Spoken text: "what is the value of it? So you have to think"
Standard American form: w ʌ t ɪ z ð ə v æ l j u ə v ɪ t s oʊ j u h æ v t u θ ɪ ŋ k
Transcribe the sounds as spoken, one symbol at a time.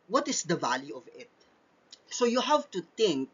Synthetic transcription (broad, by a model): w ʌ t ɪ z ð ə v æ l j u ə v ɪ t s oʊ j u h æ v t u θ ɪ ŋ k